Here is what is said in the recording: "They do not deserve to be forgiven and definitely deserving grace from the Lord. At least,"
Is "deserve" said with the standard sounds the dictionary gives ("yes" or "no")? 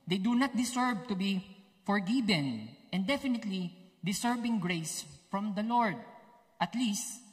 no